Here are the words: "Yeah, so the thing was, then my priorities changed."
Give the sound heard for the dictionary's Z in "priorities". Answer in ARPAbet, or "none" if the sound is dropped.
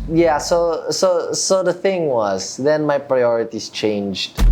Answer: S